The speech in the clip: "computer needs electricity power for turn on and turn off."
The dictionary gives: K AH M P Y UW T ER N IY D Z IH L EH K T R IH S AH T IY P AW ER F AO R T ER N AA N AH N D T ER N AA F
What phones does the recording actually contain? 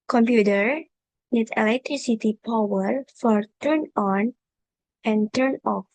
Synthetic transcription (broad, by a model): K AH M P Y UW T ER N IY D IH L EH K T R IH S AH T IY P AW ER F AO R T ER N AA N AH N T ER N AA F